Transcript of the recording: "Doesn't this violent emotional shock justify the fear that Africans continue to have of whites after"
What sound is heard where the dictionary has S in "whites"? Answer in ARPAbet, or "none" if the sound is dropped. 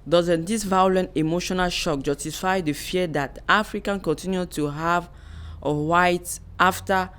none